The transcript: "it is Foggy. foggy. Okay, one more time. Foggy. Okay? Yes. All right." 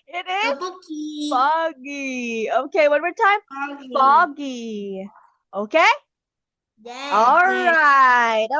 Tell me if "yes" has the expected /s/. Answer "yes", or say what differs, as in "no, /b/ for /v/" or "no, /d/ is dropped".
no, /s/ is dropped